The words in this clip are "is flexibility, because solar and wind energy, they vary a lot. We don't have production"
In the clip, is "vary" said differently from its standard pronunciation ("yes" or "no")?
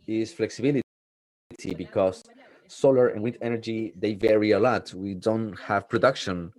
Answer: no